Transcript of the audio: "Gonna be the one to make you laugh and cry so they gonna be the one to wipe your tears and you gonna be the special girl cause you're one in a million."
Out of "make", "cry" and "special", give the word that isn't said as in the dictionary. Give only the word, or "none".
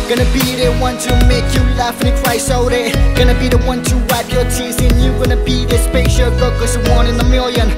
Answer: special